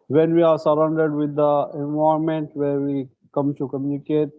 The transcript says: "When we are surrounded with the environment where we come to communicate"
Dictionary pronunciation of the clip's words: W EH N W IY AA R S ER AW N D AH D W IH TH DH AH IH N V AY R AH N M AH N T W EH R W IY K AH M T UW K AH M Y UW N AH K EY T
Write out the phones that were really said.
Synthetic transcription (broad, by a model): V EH N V IY AA R S ER AW N D AH D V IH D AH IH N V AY AH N M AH N T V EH R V IY K AH M T UW K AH M Y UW N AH K EY T